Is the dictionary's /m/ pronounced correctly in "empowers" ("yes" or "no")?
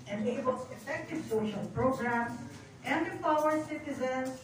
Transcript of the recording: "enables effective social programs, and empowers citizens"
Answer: no